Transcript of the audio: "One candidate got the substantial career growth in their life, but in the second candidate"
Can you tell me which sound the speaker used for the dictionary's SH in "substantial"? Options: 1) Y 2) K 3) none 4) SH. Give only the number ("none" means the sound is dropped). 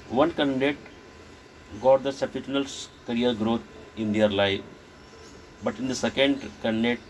3